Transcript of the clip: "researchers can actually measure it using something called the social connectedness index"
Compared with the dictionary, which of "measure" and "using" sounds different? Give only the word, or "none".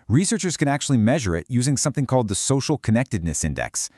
none